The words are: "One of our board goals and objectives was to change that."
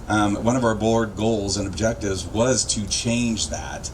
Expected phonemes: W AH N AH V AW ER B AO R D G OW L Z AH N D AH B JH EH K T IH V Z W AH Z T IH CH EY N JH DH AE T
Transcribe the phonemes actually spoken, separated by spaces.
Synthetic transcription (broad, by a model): W AH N AH V AW ER B AO R D G OW L Z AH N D AH B JH EH K T IH V Z W AH Z T IH CH EY N JH DH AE T